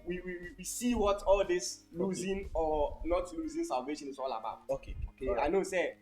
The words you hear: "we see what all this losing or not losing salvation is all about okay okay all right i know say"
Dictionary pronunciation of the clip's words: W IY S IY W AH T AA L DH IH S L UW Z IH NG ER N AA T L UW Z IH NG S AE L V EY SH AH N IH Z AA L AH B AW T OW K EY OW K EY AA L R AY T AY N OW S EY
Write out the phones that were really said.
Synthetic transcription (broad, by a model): W IY S IY W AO T AA L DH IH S L UW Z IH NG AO N AA T L UW Z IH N S AE L V EY SH AH N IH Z AA L AH B AW T OW K EY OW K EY AA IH N OW S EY